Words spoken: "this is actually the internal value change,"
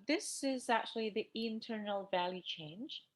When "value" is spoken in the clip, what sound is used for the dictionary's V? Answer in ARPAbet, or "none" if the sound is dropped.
V